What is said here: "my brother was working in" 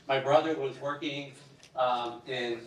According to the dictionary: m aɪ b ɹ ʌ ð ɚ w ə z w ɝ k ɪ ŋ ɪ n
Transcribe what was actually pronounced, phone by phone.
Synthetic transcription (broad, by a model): m aɪ b ɹ ʌ ð ɚ w ə z w ɝ k ɪ ŋ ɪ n